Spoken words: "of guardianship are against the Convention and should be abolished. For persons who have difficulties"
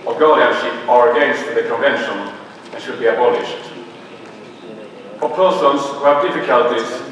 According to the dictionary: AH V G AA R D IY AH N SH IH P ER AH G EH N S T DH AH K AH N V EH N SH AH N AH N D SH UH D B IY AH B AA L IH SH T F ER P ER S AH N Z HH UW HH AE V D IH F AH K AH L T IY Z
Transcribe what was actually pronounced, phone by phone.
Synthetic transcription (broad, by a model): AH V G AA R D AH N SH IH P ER AH G EH N S T DH AH K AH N V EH N SH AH N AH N SH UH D B IY AH B AA L IH SH T P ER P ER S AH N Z HH UW HH AE V D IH F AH K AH L T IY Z